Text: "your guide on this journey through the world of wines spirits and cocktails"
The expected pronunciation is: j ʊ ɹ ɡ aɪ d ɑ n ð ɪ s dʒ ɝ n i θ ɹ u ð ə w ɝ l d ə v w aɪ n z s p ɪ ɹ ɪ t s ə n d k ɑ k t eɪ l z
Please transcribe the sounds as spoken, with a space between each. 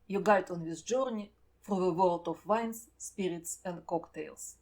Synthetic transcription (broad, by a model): j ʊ ɡ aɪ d ɑ n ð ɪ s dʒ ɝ n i f ɹ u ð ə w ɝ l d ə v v aɪ n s p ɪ ɹ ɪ t s ə n d k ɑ k t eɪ l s